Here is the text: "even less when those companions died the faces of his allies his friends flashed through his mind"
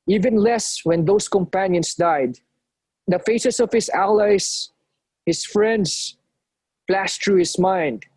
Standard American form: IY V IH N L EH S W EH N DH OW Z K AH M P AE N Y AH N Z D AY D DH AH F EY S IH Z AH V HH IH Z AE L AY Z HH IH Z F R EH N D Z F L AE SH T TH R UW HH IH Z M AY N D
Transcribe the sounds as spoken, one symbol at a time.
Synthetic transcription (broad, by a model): IY V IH N L EH S W EH N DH OW S K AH M P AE N Y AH N S D AY D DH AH F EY S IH S AH V HH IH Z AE L AY S HH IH S F R EH N D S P L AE S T R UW HH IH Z M AY N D